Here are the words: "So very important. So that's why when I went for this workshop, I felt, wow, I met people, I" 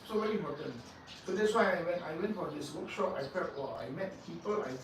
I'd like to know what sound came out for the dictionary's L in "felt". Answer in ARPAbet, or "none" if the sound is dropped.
none